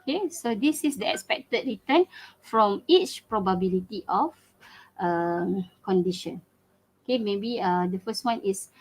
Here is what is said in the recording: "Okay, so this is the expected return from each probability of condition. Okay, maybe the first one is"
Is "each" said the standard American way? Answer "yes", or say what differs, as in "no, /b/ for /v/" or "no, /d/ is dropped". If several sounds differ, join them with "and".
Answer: yes